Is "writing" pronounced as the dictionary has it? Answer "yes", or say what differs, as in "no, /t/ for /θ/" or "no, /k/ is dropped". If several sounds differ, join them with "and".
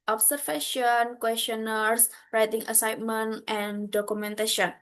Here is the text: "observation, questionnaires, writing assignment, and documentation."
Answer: yes